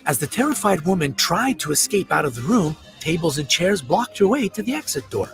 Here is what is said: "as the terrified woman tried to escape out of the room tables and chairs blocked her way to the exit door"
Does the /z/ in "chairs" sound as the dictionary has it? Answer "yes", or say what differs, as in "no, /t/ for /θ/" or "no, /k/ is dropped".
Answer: yes